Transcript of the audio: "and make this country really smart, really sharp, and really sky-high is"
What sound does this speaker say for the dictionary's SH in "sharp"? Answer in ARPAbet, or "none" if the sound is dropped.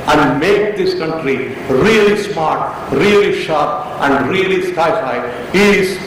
SH